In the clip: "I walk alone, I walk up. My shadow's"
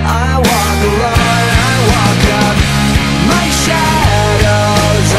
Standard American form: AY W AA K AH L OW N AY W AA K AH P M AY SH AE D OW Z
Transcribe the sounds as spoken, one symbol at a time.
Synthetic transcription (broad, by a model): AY W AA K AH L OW AY W AA K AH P M AY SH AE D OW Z